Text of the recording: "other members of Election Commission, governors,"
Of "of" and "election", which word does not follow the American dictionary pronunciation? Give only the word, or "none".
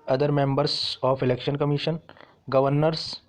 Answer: of